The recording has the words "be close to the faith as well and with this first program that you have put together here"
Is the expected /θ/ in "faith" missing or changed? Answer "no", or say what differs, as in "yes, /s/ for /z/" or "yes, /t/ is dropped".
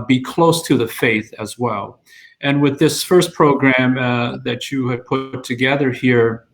no